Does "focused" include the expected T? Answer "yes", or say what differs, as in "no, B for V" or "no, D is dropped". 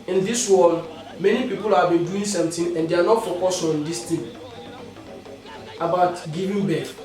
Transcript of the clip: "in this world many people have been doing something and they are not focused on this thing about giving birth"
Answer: no, T is dropped